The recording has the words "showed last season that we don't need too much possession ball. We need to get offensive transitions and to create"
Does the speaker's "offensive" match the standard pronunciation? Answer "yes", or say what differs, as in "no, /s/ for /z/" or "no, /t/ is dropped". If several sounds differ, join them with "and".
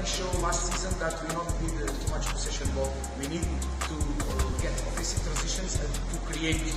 no, /n/ is dropped